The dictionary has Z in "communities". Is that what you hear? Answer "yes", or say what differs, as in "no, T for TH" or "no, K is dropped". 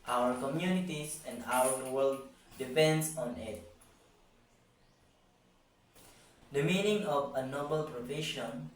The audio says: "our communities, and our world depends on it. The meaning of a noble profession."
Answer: no, S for Z